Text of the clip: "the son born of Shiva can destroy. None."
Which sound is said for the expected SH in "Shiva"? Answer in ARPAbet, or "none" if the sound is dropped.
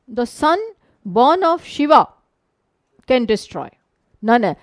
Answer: SH